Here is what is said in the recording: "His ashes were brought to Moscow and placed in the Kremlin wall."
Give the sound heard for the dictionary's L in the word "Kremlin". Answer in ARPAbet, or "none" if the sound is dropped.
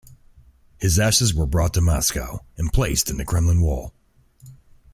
L